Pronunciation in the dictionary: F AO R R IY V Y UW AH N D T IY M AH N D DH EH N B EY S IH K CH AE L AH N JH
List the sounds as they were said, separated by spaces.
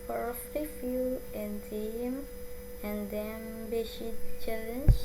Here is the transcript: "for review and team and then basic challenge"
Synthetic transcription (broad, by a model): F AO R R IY F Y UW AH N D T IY M AH N D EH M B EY SH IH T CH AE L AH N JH